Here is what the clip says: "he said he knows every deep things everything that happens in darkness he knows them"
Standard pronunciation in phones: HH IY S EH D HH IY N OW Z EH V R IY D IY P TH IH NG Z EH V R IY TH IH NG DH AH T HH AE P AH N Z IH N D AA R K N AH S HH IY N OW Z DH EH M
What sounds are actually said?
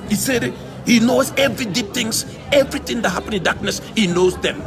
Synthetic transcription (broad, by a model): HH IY S EH D HH IY N OW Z EH V R IY D IY P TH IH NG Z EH V R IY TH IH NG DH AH T HH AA P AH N IH N D AA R K N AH S HH IY N OW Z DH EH M